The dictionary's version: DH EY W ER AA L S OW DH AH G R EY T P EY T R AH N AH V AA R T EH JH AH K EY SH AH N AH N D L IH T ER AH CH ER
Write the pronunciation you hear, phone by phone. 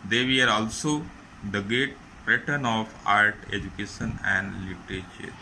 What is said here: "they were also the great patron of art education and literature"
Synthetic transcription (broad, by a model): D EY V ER AA L S OW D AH G R EY T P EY T AH N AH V AA R T EH JH AH K EY SH AH N AH N D L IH T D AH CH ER